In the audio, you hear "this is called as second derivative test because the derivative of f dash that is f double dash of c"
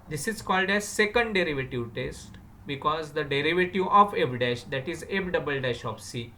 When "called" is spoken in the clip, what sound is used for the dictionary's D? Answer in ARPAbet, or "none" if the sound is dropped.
D